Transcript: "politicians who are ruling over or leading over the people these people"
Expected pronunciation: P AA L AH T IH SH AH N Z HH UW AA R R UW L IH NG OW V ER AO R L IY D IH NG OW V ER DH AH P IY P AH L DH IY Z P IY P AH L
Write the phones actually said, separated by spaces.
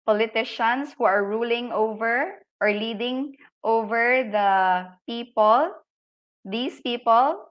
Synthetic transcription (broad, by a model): P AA L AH T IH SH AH N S HH UW AA R R UW L IH NG OW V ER AO R L IY D IH NG OW V ER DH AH P IY P AH L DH IY S P IY P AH L